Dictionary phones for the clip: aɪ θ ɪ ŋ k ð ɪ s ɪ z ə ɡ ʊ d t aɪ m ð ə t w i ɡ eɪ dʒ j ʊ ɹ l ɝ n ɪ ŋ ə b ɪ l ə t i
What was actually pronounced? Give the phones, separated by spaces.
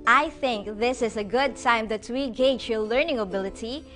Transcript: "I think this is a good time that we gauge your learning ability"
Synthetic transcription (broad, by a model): aɪ θ ɪ ŋ k ð ɪ s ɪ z ə ɡ ʊ d t aɪ m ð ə t w i ɡ eɪ dʒ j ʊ l ɝ n ɪ ŋ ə b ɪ l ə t i